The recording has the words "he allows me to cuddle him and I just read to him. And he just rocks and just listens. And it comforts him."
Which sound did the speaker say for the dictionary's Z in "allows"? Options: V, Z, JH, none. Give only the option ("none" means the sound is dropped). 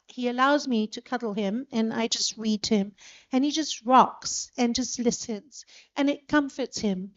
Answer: Z